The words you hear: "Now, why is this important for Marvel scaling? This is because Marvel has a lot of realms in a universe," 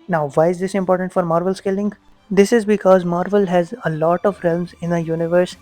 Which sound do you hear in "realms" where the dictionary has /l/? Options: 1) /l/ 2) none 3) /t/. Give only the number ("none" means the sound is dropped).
1